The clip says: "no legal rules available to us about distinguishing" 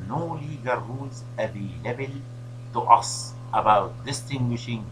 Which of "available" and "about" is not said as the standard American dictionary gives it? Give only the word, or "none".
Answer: available